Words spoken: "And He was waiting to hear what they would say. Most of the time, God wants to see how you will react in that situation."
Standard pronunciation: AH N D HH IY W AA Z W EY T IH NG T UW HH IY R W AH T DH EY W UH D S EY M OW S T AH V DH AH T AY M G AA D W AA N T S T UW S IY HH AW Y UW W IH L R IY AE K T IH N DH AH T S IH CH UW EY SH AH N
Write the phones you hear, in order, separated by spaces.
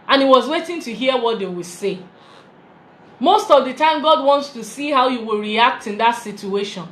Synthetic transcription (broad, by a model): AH N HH IY W AA Z W EY T IH NG T UW HH IY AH W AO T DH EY W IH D S EY M OW S T AH V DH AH T AY M G AA D W AA N T S T UW S IY HH AW Y UW W IH L R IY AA K T IH N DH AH T S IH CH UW EY SH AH N